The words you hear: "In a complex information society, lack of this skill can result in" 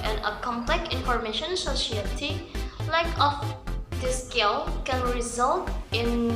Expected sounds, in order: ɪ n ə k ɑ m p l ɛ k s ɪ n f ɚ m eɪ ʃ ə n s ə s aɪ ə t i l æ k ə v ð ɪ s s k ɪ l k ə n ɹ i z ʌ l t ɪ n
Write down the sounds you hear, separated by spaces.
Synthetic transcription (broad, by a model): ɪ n ə k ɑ m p l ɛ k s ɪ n f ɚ m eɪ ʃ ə n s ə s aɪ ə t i l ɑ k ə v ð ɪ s s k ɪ l k ə n ɹ i z ʌ l t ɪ n